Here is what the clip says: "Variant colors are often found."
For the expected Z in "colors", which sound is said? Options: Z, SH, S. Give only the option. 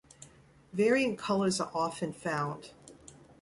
Z